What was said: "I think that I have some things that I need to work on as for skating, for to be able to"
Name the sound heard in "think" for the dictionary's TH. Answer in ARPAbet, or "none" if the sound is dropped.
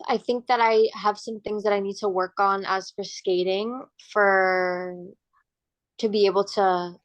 TH